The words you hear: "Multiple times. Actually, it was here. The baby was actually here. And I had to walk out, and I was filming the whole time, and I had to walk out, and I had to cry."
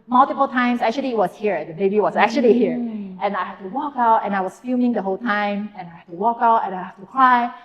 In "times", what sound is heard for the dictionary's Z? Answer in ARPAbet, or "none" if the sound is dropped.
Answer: S